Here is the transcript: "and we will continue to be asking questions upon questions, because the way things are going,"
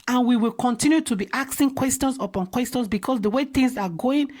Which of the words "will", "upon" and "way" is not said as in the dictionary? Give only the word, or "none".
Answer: none